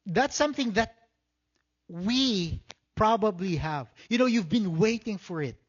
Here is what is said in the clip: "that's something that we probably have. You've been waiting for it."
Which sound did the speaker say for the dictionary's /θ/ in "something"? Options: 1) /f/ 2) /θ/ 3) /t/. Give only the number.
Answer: 2